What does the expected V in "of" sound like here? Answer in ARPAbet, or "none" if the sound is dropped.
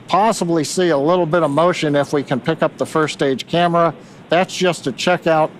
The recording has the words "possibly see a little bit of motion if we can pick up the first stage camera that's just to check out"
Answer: V